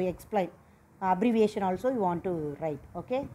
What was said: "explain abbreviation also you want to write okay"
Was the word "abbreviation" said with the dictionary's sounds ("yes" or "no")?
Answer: yes